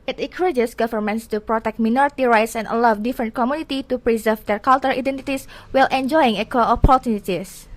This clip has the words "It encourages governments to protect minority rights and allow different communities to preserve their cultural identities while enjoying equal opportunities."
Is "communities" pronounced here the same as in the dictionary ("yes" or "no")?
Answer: no